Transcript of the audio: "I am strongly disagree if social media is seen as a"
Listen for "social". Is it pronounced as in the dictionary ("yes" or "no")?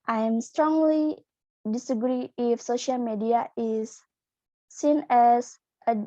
yes